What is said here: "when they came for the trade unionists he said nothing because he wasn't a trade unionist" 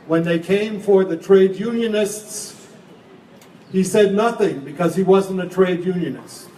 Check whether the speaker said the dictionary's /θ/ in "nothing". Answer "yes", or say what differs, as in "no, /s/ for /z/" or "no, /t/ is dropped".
yes